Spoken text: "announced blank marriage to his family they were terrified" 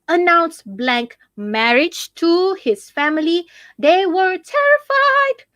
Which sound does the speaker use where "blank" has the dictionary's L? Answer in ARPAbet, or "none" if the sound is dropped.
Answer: L